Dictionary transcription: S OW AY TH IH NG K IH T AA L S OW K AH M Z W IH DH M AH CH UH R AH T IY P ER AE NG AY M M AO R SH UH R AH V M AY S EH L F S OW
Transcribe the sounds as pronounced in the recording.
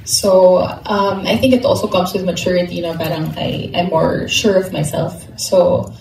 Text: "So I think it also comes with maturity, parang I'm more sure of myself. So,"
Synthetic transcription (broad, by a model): S OW AY TH IH NG K IH T AA L S OW K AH M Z W IH DH M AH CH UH R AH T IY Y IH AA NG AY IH M AO R SH UH R AH V M AY S EH L F S OW